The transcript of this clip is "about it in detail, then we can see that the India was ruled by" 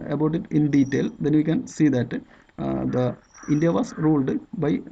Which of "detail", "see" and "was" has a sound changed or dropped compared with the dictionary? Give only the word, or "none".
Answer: was